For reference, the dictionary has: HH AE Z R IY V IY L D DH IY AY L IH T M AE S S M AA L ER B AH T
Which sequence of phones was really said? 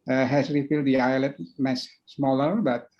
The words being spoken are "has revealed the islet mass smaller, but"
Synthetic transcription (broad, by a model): HH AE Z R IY F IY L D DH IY AY L IH T M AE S S M AA L ER B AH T